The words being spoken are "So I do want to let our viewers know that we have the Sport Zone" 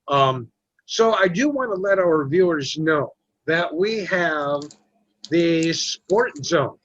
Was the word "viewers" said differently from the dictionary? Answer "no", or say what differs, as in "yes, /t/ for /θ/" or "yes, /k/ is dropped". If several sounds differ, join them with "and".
no